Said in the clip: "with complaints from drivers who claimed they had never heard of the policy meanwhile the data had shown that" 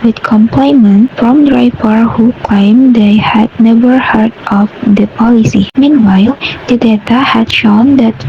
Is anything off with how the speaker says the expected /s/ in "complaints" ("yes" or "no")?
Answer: yes